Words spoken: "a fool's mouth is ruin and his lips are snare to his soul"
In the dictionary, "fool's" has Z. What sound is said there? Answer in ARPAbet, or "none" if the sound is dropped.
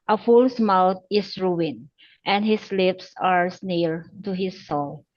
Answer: S